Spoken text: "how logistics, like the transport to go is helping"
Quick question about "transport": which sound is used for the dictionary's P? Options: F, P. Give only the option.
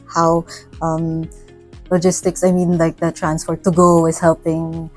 F